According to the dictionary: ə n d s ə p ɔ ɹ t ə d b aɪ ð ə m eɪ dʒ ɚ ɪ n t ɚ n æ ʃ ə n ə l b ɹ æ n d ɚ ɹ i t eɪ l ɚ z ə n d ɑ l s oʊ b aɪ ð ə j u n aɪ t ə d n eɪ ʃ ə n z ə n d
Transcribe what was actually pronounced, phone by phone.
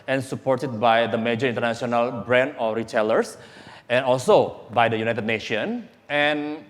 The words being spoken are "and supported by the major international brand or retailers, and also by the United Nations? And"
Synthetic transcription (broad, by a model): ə n s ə p ɔ ɹ t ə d b aɪ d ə m eɪ dʒ ɚ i n t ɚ n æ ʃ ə n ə l b ɹ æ n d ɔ ɹ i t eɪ l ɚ s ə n ɑ l s oʊ b aɪ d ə j u n aɪ t ə d n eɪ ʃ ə n ə n